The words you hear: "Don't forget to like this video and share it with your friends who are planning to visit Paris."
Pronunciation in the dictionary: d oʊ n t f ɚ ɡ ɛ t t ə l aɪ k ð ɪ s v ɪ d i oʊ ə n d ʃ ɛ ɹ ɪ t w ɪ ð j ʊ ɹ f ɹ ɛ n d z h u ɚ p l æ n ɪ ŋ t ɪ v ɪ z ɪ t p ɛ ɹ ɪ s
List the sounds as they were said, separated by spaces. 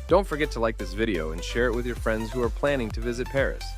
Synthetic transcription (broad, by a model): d oʊ n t f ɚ ɡ ɛ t t ə l aɪ k ð ɪ s v ɪ d i oʊ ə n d ʃ ɛ ɹ ɪ t w ɪ ð j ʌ ɹ f ɹ ɛ n d z h u ɚ p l æ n ɪ ŋ t ɪ v ɪ z ɪ t p ɛ ɹ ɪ s